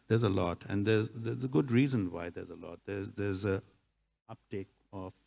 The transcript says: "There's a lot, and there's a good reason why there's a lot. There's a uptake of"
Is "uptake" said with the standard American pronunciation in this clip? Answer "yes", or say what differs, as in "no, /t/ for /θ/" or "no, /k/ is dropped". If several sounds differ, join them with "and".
yes